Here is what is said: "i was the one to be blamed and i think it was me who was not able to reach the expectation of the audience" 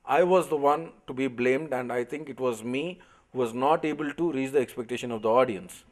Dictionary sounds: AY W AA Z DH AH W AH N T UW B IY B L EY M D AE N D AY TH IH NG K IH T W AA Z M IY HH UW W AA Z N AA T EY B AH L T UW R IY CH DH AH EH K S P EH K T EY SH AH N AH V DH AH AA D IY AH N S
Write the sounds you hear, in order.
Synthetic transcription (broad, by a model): AY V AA Z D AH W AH N T UW B IY B L EY M D AE N D AY T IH NG K IH T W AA Z M IY HH UW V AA Z N AA T EY B AH L T UW R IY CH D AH EH K S P EH K T EY SH AH N AH V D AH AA D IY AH N S